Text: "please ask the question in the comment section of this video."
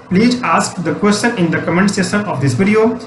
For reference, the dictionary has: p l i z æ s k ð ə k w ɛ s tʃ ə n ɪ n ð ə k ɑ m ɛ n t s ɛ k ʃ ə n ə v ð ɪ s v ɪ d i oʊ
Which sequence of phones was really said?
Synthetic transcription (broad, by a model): p l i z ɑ s k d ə k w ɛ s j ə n ɪ n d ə k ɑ m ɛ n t s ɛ ʃ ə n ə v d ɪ s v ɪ d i oʊ